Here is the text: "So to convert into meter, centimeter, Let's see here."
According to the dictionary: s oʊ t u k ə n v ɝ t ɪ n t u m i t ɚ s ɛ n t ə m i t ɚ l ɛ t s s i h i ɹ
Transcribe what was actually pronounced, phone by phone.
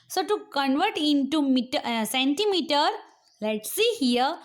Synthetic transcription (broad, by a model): s oʊ t u k ə n v ɝ t ɪ n t u m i t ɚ s ɛ n t ə m i t ɚ l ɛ t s s i h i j